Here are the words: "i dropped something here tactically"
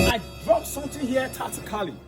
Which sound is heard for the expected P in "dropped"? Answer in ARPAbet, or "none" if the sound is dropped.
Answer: none